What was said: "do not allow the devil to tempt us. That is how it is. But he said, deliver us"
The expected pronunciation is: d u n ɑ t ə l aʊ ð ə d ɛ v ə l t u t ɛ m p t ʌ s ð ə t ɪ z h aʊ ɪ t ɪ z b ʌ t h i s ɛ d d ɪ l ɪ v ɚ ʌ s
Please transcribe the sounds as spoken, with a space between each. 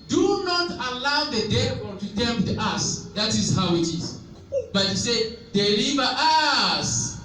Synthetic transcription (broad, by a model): d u n ɑ t ə l aʊ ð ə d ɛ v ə n t u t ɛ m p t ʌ s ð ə t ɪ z h aʊ ɪ t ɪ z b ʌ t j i s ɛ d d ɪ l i v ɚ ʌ s